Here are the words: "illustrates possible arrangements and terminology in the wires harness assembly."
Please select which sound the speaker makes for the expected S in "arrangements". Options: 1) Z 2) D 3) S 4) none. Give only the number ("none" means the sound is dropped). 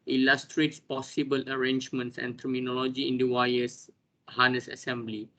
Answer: 3